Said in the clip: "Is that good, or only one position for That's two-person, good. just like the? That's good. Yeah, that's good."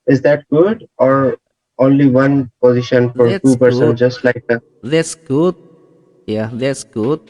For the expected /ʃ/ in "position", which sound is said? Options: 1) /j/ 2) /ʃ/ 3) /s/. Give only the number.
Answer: 2